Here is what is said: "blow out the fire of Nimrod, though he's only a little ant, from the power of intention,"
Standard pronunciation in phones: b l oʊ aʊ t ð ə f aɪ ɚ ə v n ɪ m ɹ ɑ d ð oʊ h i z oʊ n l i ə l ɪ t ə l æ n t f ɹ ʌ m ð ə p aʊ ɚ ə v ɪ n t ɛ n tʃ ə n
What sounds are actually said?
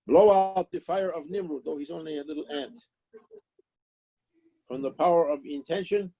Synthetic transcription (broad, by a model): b l oʊ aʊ t ð ə f aɪ ɚ ə v n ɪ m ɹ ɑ ð oʊ h i z oʊ n l i ə l ɪ t l æ n t f ɹ ʌ m ð ə p aʊ ɚ ə v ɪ n t ɛ n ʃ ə n